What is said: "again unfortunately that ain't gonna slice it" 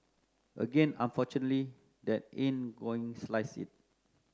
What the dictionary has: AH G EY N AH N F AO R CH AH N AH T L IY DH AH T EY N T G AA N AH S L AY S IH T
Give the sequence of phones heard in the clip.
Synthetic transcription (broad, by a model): AH G EY N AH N F AO CH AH N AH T L IY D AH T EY N G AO AH S L AY S IH T